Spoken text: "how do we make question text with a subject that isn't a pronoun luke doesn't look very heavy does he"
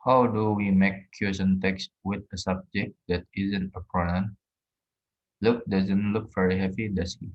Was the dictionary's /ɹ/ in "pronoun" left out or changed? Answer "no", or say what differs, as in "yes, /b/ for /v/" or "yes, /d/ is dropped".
yes, /ɹ/ is dropped